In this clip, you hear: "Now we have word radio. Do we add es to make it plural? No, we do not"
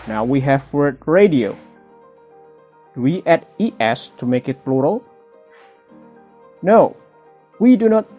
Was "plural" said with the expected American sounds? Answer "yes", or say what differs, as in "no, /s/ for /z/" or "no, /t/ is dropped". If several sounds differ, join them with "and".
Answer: no, /b/ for /p/